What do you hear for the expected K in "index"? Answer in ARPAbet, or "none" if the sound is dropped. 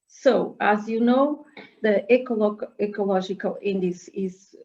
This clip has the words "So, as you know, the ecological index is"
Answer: none